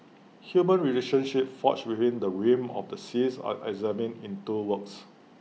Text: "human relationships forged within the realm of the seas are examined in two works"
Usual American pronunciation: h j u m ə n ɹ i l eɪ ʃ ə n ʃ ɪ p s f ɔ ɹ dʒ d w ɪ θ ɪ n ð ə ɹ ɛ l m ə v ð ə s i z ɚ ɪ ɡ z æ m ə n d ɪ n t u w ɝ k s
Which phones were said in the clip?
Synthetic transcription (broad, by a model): h j u m ə n ɹ i l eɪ ʃ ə n ʃ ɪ p f ɔ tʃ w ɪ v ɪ n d ə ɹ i m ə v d ə s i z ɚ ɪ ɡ z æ m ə n ɪ n t u w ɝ k s